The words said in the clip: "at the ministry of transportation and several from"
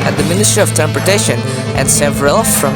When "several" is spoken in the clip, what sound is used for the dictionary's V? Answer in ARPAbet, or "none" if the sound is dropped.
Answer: V